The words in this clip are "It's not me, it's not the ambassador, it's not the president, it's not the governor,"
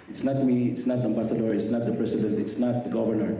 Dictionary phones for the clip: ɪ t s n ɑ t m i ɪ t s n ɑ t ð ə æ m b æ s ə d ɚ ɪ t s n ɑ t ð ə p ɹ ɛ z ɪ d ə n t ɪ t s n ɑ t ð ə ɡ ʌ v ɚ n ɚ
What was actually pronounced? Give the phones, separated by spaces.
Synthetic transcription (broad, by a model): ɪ t s n ɑ t m i ɪ t s n ɑ t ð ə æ m b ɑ s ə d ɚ ɪ t s n ɑ t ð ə p ɹ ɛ s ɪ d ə n t ɪ t s n ɑ t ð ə ɡ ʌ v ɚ n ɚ